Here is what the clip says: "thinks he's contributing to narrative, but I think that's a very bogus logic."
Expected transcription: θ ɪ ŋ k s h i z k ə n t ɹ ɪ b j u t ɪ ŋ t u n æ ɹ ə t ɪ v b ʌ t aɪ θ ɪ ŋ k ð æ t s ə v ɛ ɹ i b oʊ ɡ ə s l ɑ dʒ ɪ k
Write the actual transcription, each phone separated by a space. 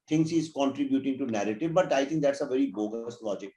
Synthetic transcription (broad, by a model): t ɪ ŋ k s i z k ə n t ɹ ɪ b j u t ɪ ŋ t u n æ ɹ ə t ɪ v b ʌ t aɪ t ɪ ŋ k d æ t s ə v ɛ ɹ i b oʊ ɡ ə s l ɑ dʒ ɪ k